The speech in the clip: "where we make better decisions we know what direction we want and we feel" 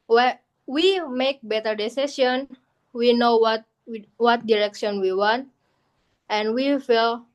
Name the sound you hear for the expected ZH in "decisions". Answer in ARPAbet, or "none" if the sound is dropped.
S